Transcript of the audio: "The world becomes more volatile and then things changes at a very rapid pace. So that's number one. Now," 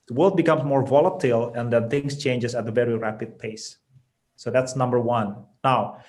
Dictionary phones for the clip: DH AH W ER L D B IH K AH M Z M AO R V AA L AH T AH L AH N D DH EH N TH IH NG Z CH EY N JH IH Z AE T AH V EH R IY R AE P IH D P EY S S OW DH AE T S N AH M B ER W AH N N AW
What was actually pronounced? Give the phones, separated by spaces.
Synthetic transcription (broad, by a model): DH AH W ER L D B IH K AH M S M AO R V AA L AH T AH L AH N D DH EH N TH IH NG S CH EY N JH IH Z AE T AH V EH R IY R AE P IH D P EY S S OW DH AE T S N AH M B ER W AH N N AW